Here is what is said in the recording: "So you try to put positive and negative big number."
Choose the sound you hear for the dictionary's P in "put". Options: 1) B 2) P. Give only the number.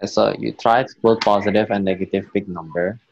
1